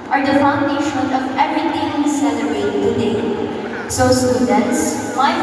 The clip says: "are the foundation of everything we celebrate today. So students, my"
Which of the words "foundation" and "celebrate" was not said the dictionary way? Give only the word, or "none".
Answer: celebrate